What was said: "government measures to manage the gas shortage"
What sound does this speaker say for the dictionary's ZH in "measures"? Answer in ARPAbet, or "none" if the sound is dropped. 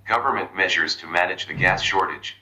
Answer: ZH